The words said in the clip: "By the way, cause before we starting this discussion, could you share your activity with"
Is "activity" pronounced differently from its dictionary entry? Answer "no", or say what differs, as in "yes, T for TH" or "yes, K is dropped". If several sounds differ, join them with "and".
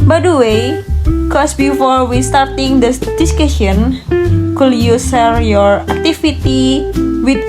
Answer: yes, F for V